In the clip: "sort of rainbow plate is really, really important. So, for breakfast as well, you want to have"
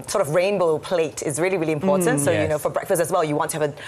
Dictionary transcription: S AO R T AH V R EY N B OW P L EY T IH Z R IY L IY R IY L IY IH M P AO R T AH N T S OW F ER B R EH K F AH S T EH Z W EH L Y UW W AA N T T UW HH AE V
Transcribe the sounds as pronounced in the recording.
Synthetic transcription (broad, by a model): S AO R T AH V R EY N B OW P L EY T IH Z R IY L IY R IY L IY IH M P AO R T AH N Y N OW F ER B R EH K F AH S T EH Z W EH L Y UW W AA N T T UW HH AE V